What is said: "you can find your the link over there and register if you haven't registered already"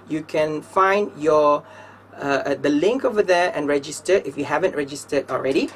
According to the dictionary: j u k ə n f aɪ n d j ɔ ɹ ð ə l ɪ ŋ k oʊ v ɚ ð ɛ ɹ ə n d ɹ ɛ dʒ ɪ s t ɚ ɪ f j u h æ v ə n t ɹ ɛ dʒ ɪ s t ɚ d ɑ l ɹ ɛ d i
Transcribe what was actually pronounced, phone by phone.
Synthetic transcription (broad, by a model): j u k ə n f aɪ n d j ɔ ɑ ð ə l ɪ ŋ k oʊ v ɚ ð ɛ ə n ɹ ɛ dʒ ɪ s t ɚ ɪ f j u h æ v ə n t ɹ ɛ dʒ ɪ s t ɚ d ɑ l ɹ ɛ d i